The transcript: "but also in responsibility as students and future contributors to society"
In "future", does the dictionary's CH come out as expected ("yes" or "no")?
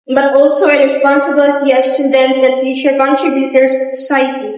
no